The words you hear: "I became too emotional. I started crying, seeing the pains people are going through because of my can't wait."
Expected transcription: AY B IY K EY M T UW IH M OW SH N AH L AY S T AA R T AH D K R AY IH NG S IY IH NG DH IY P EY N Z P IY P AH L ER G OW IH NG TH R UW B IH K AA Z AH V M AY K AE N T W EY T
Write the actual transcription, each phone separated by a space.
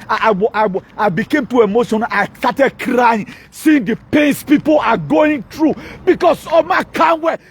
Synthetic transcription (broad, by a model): AY B IY K EY M T UW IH M OW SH AH N AY S T AA T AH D K R AY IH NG S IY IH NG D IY P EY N S P IY P AH L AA G OW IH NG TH R UW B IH K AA S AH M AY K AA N W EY